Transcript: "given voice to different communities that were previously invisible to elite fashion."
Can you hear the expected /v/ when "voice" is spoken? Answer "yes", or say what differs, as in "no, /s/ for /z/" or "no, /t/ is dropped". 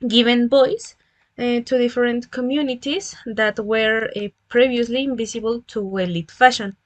no, /b/ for /v/